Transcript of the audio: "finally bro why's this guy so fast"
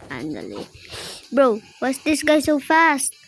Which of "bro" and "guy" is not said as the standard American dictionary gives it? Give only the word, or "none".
none